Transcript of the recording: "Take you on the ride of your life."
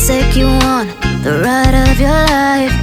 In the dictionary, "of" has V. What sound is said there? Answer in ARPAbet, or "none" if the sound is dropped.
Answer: V